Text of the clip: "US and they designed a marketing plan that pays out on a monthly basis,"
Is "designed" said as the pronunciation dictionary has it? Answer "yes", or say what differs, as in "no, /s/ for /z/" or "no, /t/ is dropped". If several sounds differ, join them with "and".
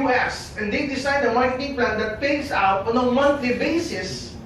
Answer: no, /s/ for /z/ and /n/ is dropped